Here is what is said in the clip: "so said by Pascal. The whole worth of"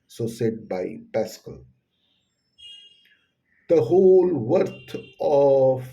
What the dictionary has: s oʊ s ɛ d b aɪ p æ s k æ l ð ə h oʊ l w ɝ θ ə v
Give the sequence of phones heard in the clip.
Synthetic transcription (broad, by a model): s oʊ s ɛ d b aɪ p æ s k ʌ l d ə h oʊ l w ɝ t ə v